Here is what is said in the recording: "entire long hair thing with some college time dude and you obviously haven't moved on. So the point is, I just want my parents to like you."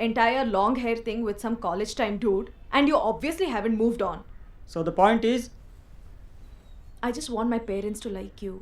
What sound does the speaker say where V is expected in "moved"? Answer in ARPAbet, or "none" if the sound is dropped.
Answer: V